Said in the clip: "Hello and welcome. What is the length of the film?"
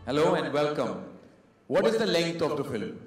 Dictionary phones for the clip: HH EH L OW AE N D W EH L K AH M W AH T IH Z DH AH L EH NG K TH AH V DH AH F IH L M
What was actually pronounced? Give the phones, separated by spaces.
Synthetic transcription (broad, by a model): HH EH L OW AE N D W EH L K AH M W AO T IH Z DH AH L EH NG K T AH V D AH F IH L M